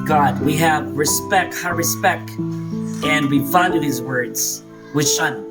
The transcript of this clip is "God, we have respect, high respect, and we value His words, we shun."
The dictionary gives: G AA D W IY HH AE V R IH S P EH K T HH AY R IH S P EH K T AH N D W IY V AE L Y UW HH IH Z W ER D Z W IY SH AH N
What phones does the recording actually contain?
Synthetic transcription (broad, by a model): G AA D W IY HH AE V R IH S P EH K T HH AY R IH S P EH K T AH N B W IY F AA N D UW HH IH Z W ER D Z W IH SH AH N